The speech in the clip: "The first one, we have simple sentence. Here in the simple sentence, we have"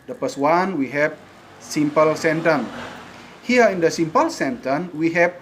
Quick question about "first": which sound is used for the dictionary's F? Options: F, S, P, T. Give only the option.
P